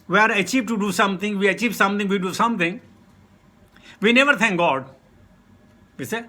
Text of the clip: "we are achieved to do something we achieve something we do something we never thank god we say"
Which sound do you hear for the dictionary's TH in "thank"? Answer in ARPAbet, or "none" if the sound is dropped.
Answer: T